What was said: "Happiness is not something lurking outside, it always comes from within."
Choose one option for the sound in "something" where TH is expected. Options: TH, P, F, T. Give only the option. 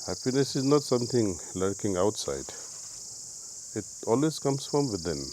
T